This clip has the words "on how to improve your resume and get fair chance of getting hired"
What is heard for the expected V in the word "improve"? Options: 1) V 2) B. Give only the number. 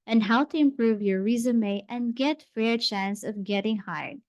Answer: 1